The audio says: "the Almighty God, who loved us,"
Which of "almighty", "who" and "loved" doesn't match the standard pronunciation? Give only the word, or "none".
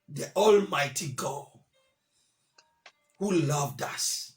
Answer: none